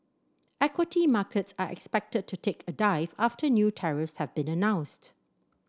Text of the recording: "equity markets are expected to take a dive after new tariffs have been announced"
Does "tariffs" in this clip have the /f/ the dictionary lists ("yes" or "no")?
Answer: yes